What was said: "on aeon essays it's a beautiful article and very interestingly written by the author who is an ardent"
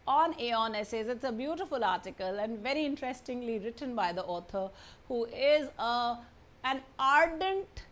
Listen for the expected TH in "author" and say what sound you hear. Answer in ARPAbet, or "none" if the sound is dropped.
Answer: T